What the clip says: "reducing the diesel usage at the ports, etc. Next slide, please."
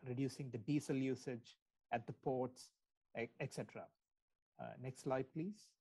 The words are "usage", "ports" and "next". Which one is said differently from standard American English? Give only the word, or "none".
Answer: none